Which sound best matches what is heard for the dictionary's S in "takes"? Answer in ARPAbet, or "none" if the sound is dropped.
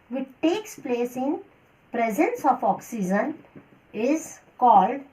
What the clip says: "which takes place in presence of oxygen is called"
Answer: S